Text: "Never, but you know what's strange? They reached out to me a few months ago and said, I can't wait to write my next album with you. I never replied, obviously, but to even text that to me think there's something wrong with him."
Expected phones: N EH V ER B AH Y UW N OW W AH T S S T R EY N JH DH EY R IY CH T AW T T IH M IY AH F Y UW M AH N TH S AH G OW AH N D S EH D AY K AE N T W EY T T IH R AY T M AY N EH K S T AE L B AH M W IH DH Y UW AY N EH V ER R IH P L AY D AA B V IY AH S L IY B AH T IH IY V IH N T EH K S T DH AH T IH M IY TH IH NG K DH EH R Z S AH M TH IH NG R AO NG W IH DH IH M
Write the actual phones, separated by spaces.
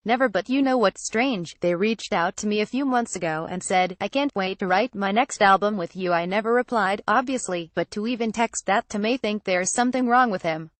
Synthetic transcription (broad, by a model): N EH V ER B AH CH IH N OW W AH T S S T R EY N JH DH EY R IY CH T AW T T IH M IY AH F Y UW M AH N TH S AH G OW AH N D S EH D AY K AE N T W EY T T IH R AY T M AY N EH K S T AE L B AH M W IH DH Y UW AY N EH V ER R IH P L AY D AA B V IY AH S L IY B AH T IH IY V IH N T EH K S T DH AH T IH M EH TH IH NG K DH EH R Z S AH M TH IH NG R AO NG W IH DH IH M